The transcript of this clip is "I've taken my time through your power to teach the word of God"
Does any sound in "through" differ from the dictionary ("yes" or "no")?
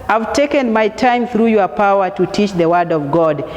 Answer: no